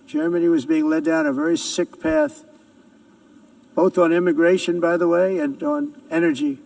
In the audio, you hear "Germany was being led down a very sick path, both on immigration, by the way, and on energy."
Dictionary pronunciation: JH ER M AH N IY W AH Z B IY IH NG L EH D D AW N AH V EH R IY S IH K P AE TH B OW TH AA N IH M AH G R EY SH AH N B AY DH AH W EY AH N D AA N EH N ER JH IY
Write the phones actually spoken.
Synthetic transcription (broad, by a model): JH ER M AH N IY W AH Z B IY IH NG L EH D D AW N AH V EH R IY S IH K P AE TH B OW TH N IH M AH G R EY SH AH N B AY DH AH W EY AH N N EH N ER JH IY